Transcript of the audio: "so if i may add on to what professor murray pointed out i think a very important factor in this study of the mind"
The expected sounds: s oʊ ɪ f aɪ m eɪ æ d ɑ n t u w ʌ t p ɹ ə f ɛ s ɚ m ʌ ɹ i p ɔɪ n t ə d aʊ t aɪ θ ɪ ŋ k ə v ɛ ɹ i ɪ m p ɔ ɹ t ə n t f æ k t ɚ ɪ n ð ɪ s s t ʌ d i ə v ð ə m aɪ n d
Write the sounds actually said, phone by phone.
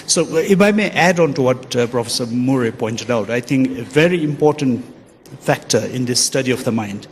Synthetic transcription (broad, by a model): s oʊ ɪ f aɪ m eɪ æ d ɑ n t u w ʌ t p ɹ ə f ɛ s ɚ m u ɹ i p ɔɪ n t ə d aʊ t aɪ t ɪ ŋ k ə v ɛ ɹ i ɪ m p ɔ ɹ t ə n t f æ k t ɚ ɪ n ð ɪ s s t ʌ d i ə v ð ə m aɪ n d